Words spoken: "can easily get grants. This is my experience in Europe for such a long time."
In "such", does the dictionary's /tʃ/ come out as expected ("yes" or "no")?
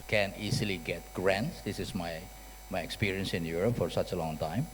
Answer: yes